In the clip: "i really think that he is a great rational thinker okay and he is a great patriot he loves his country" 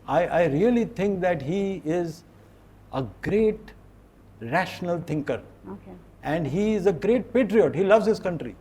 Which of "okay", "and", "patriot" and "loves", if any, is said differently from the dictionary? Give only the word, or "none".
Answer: none